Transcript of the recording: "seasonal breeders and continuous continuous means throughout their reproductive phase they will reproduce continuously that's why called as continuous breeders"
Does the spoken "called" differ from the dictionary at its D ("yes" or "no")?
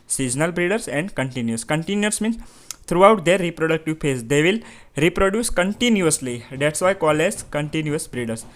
yes